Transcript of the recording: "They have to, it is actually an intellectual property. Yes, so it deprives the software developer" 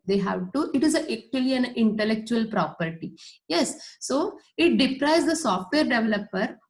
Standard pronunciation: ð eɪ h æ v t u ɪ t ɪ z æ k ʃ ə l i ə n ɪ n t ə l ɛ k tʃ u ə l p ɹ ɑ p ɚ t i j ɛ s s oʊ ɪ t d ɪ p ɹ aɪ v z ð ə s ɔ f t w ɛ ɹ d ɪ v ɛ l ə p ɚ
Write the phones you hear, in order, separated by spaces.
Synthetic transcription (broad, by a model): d eɪ h æ v t u ɪ t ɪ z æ k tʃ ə l i ə n ɪ n t ə l ɛ k tʃ u ə l p ɹ ɑ p ɚ t i j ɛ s s oʊ ɪ t d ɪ p ɹ aɪ z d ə s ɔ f t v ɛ ɹ d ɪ v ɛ l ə p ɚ